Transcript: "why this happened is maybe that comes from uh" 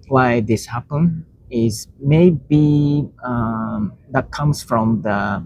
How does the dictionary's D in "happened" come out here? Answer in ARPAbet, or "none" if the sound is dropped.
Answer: none